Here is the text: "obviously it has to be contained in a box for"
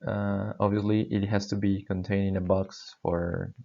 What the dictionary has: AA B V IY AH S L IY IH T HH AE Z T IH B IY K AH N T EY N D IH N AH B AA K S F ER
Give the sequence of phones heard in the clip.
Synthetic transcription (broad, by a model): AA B V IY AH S L IY IH T HH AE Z T IH B IY K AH N T EY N IH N AH B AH K S F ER